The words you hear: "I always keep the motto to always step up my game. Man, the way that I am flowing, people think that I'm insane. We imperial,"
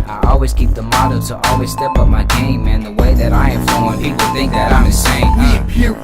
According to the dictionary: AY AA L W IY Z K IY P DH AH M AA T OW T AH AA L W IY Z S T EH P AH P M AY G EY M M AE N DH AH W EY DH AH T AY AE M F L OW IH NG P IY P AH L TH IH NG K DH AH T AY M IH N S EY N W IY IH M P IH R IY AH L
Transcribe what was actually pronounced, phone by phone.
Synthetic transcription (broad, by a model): AY AA L W IY Z K IY P DH AH M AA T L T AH AA L W IY Z S T EH P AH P M AY G EY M M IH N DH AH W EY DH AH T AY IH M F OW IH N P IY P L TH IH NG K DH AH T AY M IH S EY IH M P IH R